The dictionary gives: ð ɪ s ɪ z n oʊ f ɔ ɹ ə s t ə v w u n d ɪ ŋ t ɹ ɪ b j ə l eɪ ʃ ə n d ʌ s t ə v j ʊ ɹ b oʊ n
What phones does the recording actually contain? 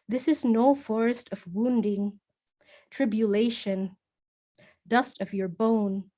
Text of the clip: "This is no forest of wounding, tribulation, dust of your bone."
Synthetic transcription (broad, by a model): ð ɪ s ɪ z n oʊ f ɔ ɹ ə s t ə v w u n d ɪ ŋ t ɹ ɪ b j ə l eɪ ʃ ə n d ʌ s t ə v j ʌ ɹ b oʊ n